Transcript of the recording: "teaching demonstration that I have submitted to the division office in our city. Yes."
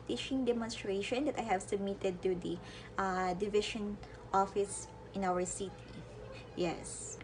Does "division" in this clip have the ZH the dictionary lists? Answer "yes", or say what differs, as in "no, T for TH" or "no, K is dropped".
no, SH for ZH